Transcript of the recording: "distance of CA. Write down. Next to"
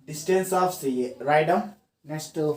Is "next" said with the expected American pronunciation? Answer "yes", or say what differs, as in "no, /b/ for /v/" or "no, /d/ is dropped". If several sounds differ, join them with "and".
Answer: no, /k/ is dropped